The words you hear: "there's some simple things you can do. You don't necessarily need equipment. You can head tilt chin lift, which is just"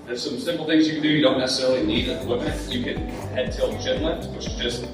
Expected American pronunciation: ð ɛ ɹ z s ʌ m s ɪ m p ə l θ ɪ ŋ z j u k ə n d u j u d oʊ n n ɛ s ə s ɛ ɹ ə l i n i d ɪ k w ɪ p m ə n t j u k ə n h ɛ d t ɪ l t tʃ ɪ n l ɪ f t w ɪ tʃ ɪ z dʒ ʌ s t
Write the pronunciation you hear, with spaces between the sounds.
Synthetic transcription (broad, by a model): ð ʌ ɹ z s ʌ m s ɪ m p l θ ɪ ŋ z j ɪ k ə n d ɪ j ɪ d oʊ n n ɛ s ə s ɛ ɹ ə l i n i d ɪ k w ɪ m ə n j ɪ k ə n h ɛ d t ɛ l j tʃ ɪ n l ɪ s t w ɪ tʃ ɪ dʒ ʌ s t